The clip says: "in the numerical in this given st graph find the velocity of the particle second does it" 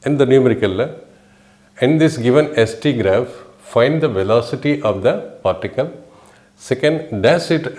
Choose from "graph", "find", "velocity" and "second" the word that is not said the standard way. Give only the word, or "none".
none